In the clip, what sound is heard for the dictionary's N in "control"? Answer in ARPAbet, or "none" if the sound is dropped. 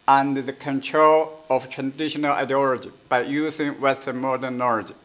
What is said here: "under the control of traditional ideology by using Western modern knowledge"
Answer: N